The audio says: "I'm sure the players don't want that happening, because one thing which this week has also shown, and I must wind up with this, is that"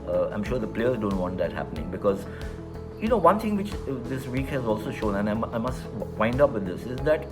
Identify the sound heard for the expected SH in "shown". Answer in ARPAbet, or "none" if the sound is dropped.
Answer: SH